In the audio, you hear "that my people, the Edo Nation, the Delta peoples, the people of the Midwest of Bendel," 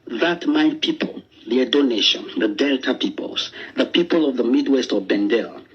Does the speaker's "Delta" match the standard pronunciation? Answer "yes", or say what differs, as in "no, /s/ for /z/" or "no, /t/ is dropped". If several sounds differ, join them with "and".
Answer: yes